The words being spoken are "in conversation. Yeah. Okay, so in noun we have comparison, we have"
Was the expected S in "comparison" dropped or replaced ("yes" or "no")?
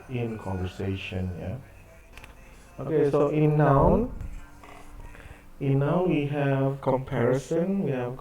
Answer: no